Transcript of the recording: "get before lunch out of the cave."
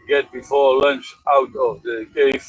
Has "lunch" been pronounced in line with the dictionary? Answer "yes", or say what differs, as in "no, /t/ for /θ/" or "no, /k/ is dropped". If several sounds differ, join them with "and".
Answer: yes